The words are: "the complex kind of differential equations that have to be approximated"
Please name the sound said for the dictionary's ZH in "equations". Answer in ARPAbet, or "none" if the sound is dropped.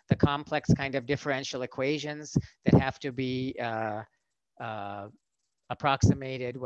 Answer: ZH